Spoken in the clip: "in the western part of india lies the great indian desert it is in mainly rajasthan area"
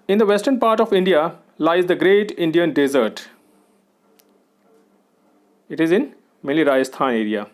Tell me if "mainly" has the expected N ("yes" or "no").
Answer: no